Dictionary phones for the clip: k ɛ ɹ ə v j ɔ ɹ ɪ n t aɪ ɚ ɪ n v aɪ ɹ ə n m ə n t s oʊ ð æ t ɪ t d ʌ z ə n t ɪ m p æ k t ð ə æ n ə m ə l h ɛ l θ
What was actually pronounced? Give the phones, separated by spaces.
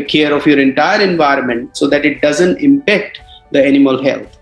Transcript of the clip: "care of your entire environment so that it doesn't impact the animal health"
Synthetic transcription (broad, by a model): k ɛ ɹ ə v j ɔ ɹ ɪ n t aɪ ɚ ɪ n v aɪ ɹ ə n m ə n t s oʊ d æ t ɪ t d ʌ z ə n t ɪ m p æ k t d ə æ n ə m ə l h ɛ l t